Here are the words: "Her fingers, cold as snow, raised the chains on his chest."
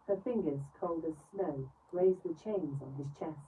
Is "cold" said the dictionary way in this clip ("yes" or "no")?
yes